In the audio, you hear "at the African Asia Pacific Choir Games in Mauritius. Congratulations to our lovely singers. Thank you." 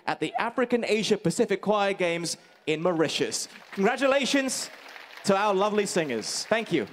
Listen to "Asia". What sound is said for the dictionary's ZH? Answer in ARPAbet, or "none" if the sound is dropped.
ZH